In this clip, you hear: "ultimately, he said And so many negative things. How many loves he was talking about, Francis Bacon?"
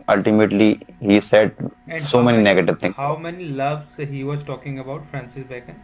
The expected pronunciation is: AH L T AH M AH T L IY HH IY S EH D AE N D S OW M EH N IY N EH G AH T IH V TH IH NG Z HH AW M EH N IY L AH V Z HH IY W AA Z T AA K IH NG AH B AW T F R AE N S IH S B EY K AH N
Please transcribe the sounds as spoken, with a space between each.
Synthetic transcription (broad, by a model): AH L T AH M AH T L IY HH IY S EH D D S OW M EH N IY N EH G AH T IH V T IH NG HH AW M EH N IY L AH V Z HH IY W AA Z T AA K IH NG AH B AW T F R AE N S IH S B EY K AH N